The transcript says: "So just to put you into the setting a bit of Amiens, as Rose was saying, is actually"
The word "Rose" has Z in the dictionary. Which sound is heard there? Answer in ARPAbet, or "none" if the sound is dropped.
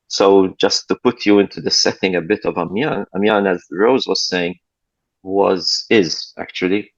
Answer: Z